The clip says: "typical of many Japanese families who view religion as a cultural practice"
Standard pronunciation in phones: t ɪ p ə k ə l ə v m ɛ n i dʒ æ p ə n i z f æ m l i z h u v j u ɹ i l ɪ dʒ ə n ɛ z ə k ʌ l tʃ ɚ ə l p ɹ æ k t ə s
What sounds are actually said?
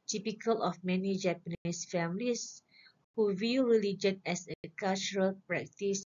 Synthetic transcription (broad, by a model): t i p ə k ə l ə f m ɛ n i dʒ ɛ p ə n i s f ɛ m l i s h u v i ɹ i l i dʒ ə n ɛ s ə k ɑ l tʃ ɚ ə l p ɹ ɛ k t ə s